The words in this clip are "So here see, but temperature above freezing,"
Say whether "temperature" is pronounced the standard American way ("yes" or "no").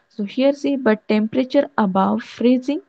yes